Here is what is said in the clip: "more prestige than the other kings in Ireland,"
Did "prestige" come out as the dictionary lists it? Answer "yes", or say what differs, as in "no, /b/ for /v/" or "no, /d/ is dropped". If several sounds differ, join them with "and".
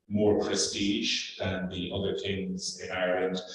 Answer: yes